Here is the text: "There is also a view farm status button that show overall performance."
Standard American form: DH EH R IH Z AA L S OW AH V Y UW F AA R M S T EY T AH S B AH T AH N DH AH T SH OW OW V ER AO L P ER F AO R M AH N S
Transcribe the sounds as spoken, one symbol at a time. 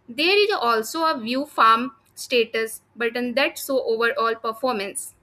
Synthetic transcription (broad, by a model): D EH R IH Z AA L S OW AH V Y UW F AA R M S T EY T AH S B AH T AH N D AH T S OW OW V ER AO L P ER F AO R M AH N S